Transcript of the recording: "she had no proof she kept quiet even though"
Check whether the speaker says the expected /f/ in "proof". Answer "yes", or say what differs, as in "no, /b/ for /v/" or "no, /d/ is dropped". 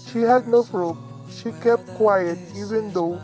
no, /p/ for /f/